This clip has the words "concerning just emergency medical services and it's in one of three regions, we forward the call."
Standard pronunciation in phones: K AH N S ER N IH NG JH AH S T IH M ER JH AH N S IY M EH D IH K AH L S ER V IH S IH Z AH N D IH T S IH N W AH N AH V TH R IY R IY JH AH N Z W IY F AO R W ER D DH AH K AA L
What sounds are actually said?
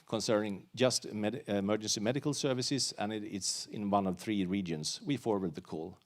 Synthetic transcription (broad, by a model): K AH N S ER N IH NG JH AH S T IH M ER JH AH N S IY M EH D IH K AH L S ER V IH S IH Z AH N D IH T S IH N W AH N AH V TH R IY R IY JH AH N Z W IY F AO R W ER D DH AH K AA L